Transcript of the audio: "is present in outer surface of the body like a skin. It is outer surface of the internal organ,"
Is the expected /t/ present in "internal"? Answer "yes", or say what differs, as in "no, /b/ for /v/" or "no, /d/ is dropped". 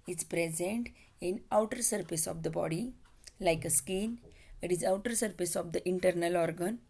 yes